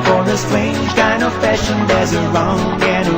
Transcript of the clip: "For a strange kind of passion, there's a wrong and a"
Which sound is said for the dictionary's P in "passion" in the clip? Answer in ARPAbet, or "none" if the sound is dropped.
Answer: F